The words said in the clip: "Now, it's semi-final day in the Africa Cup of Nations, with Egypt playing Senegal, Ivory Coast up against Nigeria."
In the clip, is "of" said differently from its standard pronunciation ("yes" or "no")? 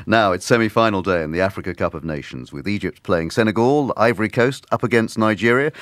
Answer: no